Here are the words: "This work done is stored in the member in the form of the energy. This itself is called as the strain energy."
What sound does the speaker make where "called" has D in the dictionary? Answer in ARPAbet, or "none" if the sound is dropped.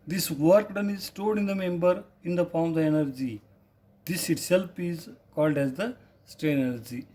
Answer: D